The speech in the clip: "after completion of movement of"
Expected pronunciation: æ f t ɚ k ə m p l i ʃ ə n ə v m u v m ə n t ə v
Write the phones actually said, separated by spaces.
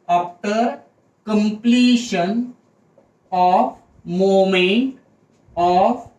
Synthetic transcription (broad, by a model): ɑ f t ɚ k ə m p l i ʃ ə n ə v m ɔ m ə n t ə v